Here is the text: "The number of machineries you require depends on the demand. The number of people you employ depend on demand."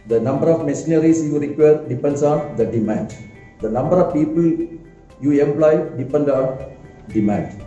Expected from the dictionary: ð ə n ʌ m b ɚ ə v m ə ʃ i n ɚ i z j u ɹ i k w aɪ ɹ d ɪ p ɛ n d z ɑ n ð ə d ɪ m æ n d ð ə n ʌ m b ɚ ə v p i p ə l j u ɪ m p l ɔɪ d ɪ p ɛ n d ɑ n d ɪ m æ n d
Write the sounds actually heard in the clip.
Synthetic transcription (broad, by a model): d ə n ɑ m b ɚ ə f m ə s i n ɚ i s j u ɹ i k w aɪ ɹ d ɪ p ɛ n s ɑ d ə d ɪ m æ n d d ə n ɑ m b ɚ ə f p i p ə l j u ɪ m p l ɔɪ d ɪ p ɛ n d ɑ d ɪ m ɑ n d